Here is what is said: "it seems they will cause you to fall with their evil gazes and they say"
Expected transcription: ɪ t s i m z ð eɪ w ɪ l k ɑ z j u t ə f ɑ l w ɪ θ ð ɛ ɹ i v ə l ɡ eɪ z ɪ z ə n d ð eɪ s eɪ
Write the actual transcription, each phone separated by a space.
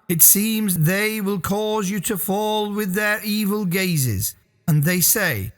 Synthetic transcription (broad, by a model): ɪ t s i m z ð eɪ w ɪ l k ɑ z j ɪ t ə f ɑ l w ɪ ð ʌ ɹ i v ə l ɡ eɪ z ɪ z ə n ð eɪ s eɪ